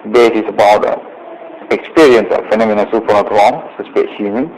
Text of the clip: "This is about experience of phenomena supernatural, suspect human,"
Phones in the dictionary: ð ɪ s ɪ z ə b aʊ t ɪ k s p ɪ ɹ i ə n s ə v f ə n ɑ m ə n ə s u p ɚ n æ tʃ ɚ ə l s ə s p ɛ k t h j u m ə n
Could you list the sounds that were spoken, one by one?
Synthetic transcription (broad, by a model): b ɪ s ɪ s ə b aʊ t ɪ k s p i ɹ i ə n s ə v f ə n ɑ m ə n ə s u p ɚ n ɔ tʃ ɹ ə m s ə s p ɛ t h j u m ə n